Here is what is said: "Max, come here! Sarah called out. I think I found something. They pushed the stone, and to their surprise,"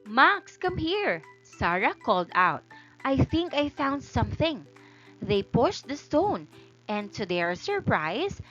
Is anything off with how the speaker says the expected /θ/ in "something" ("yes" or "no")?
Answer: no